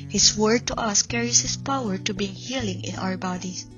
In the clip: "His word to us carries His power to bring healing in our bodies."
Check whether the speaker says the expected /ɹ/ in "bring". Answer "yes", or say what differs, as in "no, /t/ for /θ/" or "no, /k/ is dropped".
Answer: no, /ɹ/ is dropped